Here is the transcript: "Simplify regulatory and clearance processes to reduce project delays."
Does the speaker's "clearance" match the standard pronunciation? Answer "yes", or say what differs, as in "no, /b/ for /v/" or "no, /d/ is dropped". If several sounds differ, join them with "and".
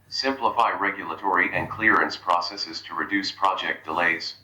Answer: yes